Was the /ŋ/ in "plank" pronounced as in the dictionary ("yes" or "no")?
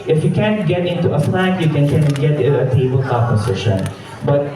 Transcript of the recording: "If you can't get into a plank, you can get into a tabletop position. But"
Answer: no